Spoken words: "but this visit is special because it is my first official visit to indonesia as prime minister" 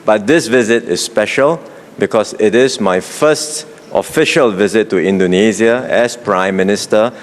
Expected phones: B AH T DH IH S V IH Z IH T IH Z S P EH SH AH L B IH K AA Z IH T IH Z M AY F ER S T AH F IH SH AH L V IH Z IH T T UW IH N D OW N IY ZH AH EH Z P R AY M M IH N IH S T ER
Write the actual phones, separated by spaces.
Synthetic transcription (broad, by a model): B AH T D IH S V IH Z IH T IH S P EH SH AH L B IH K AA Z IH T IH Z M AY F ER S T AH F IH SH AH L V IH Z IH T T UW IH N D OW N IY Z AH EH S P R AY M M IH N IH S T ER